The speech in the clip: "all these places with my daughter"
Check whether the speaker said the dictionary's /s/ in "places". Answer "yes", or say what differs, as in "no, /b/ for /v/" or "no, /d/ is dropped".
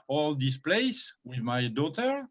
no, /s/ is dropped